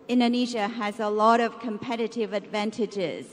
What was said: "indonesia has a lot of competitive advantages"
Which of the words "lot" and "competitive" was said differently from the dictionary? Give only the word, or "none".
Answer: none